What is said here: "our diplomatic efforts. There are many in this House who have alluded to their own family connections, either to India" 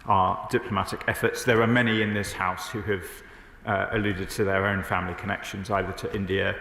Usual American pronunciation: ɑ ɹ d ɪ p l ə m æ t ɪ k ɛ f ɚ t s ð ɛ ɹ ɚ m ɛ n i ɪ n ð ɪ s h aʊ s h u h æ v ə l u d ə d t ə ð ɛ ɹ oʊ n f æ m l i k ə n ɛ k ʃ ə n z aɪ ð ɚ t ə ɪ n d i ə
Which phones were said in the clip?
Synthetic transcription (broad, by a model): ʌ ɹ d ɪ p l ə m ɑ t ɪ k ɛ f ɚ t s ð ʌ ɹ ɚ m ɛ n i ɪ n ð ɪ s h aʊ s h u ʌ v ə l u d ə d t ə ð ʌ ɹ oʊ n f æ m l i k ə n ɛ k ʃ ə n z aɪ ð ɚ t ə ɪ n d i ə